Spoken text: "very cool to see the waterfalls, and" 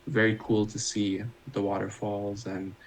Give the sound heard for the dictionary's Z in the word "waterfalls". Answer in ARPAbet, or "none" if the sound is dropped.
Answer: Z